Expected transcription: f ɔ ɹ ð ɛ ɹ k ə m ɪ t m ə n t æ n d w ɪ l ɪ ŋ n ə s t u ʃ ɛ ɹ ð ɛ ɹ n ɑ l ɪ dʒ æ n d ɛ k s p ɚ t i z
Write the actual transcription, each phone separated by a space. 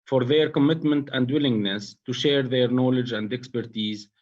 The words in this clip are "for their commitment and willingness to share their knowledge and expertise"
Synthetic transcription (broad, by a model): f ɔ ɹ ð ɛ ɹ k ə m ɪ t m ə n t æ n d w ɪ l ɪ ŋ n ə s t u ʃ ɛ ɹ ð ɛ ɹ n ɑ l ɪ dʒ æ n d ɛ k s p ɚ t i z